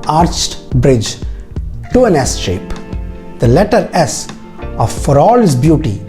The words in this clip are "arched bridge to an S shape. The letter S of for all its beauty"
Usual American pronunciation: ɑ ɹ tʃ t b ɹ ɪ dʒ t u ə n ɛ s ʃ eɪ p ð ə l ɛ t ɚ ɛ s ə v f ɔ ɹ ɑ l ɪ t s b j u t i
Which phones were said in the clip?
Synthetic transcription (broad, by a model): ɑ ɹ tʃ t b ɹ ɪ dʒ t u ə n ɛ s ʃ eɪ p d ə l ɛ t ɚ ɛ s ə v f ɔ ɹ ɑ l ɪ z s b j u t i